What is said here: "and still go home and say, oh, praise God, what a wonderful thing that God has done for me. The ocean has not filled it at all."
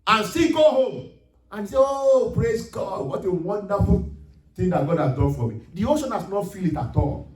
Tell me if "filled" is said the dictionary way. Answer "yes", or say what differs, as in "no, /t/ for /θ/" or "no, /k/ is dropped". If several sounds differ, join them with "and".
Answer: no, /d/ is dropped